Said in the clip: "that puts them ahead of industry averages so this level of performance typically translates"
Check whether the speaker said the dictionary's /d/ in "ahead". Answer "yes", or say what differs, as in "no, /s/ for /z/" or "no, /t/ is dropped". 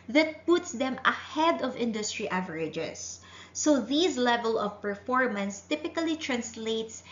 yes